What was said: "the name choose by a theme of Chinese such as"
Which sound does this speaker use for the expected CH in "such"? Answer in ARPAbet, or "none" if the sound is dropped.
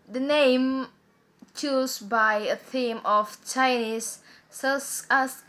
S